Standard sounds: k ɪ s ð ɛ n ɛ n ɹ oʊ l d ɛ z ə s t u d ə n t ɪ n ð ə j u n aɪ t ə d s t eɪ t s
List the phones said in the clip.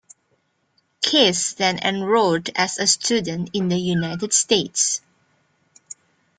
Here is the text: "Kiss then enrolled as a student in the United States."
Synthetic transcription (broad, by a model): k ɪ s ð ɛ n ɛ n ɹ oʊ d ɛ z ə s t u d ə n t ɪ n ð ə j u n aɪ t ə d s t eɪ t s